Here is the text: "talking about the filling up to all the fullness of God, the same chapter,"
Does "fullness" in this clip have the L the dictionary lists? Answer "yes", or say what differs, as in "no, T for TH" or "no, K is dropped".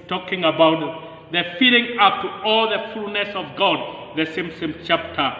no, L is dropped